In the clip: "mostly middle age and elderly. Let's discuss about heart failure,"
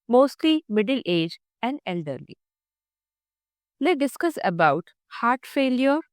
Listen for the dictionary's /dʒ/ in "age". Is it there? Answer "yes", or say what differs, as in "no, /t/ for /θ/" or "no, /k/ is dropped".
yes